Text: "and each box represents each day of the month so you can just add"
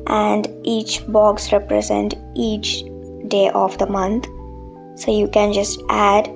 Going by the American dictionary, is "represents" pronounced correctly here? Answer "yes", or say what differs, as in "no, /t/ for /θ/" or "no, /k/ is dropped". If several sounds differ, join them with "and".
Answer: no, /s/ is dropped